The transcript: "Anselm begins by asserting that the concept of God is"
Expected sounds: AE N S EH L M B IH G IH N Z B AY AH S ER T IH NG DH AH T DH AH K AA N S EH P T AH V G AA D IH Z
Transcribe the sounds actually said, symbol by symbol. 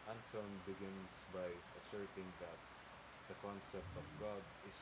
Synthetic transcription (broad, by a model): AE N S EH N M B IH G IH N S B AY AH S ER T IH NG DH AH T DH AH K AA N S EH P T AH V G AA D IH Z